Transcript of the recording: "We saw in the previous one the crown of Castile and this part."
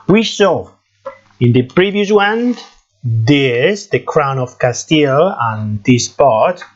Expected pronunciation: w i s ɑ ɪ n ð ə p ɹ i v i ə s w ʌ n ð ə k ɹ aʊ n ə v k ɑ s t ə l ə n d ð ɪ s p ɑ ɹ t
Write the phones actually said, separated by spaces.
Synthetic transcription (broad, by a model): w i s ɑ ɪ n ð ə p ɹ i v i ə s w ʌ n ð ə k ɹ aʊ n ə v k ɑ s t ə l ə n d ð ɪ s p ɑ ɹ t